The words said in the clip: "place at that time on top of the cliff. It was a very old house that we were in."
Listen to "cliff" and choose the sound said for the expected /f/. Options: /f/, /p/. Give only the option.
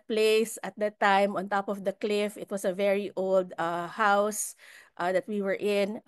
/f/